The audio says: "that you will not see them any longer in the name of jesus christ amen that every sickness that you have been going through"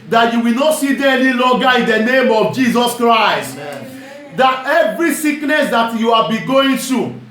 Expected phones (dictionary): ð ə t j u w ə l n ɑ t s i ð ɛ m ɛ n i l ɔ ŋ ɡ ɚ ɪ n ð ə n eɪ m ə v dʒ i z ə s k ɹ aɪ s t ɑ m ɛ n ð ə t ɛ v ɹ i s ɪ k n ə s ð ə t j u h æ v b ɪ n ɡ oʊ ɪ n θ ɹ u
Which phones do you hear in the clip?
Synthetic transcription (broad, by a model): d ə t j u w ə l n ɑ t s i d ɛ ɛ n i l ɔ ɡ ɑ ɪ n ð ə n eɪ m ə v dʒ i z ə s k ɹ aɪ s t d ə t ɛ v ɹ i s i k n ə s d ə t j u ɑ b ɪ ɡ oʊ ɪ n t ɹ u